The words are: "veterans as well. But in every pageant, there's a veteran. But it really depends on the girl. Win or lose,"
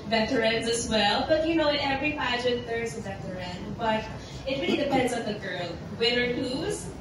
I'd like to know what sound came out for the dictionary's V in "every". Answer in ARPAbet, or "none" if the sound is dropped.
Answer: V